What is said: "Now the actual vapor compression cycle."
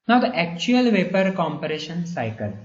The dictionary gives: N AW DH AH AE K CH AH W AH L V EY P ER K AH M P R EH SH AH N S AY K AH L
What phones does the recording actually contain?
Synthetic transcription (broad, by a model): N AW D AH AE K CH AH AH L V EY P ER K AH M P R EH SH AH N S AY K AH L